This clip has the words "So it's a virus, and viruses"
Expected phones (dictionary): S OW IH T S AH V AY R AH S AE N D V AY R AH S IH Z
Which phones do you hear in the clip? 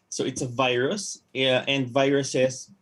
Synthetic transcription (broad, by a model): S OW IH T S AH V AY R AH S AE N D V AY R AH S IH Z